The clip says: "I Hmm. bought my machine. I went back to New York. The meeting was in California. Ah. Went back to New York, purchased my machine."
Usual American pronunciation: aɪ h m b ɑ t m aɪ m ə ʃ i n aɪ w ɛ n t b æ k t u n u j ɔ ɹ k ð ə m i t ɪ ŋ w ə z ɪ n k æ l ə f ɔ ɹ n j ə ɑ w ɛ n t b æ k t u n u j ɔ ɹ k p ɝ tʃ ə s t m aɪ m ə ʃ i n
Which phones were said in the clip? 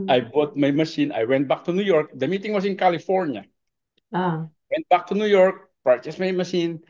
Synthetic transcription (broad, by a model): aɪ b ɑ t m aɪ m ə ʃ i n aɪ w ɛ n t b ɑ k t u n u j ɔ ɹ k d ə m i t ɪ ŋ w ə s ɪ n k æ l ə f ɔ ɹ n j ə ɑ w ɛ n t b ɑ k t u n u j ɔ ɹ k p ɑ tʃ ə s m aɪ m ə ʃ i n